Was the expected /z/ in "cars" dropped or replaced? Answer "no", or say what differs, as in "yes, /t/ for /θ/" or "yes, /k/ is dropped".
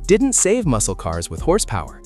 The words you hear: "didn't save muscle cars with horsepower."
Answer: no